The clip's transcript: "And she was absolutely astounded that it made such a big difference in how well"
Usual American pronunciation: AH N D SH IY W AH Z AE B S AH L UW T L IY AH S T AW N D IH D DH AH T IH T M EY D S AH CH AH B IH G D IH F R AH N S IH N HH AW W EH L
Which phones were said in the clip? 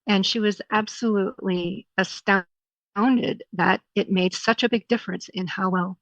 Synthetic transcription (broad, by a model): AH N SH IY W AH Z AE B S AH L UW T L IY AH S T AW N D IH D DH AH T IH T M EY D S AH CH AH B IH G D IH F R AH N S IH N HH AW W EH L